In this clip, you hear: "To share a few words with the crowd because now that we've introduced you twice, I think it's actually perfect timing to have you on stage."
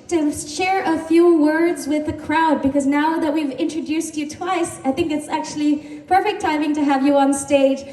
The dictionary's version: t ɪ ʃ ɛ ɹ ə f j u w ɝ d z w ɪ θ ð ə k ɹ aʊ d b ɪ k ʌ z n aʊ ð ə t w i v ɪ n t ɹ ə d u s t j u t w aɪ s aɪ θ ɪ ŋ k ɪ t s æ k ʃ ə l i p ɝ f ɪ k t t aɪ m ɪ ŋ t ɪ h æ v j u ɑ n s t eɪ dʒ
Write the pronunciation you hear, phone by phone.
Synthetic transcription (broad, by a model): t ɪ ʃ ɛ ɹ ə f j u w ɝ d z w ɪ ð ə k ɹ aʊ d b ɪ k ʌ z n aʊ ð ə t w i v ɪ n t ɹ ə d u s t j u t w aɪ s aɪ θ ɪ ŋ k ɪ t s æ k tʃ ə l i p ɝ f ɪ k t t aɪ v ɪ ŋ t ɪ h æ v j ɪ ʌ n s t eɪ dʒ